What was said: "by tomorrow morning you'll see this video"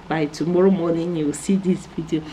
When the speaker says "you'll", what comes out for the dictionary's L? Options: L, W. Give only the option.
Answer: W